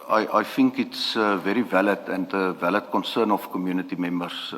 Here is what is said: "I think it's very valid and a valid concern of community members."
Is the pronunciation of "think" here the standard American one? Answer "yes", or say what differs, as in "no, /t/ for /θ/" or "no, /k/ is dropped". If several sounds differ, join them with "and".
no, /f/ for /θ/